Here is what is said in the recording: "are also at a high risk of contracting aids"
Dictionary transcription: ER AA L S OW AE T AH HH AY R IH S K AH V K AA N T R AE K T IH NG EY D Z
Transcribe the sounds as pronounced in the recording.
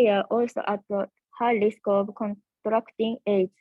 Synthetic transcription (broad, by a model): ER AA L S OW T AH HH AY L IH S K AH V K AA N T R AE K T IH NG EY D